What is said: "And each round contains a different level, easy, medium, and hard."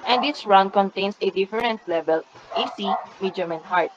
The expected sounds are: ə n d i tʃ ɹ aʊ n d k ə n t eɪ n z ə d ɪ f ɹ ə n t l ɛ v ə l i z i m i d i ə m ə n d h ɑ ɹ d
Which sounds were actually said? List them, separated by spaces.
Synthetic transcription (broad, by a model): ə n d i s ɹ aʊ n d k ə n t eɪ n s ə d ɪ f ɹ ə n t l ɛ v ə l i s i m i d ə m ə n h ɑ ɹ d